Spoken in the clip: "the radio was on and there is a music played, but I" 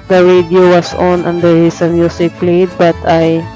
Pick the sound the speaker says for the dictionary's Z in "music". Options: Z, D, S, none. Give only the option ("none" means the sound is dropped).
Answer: S